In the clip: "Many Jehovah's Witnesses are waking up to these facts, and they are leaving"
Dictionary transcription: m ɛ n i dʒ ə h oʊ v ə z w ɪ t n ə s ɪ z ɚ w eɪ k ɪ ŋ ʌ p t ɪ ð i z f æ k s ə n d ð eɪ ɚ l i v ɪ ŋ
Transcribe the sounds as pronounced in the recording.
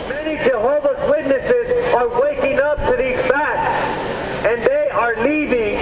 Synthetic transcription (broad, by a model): m ɛ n i dʒ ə h oʊ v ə s w ɪ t n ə s ɪ z ɚ w eɪ k ɪ ŋ ʌ p t ɪ ð i z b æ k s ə n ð eɪ ɚ l i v ɪ ŋ